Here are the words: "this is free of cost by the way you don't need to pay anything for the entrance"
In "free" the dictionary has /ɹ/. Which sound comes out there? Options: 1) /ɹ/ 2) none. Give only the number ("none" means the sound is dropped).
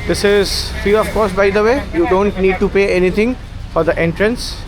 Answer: 2